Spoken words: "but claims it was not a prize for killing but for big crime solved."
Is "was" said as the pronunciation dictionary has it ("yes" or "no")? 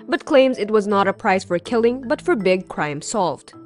yes